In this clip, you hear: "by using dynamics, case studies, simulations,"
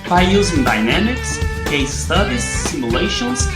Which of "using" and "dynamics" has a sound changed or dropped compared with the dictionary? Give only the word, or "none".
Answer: none